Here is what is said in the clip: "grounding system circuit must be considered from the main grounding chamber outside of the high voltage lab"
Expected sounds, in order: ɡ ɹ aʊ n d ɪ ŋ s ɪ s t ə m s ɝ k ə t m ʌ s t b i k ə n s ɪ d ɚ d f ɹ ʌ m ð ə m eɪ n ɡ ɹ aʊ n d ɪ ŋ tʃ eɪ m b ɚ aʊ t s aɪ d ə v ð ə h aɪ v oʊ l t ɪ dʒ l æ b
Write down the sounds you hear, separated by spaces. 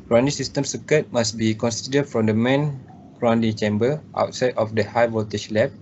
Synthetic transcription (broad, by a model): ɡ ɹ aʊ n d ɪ s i s t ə m s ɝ k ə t m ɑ s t b i k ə n s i d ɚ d f ɹ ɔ m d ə m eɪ n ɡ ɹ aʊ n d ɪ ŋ tʃ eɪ m b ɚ aʊ t s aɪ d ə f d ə h aɪ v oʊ t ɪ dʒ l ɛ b